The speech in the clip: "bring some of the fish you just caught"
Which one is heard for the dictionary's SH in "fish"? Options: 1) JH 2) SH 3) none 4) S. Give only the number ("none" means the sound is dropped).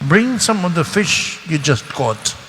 2